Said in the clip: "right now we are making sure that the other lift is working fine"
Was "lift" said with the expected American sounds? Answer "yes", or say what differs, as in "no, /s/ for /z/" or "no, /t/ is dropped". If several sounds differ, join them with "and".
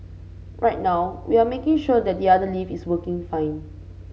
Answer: no, /t/ is dropped